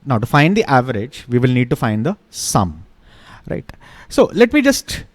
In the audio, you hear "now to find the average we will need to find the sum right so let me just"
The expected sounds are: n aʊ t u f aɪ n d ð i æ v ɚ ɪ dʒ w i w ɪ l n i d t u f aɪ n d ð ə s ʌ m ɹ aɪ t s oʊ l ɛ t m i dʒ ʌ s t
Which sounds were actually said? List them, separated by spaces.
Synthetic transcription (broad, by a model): n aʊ t u f aɪ n d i æ v ɚ ɪ dʒ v i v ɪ l n i d t u f aɪ n d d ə s ʌ m ɹ aɪ t s oʊ l ɛ t m i dʒ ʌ s t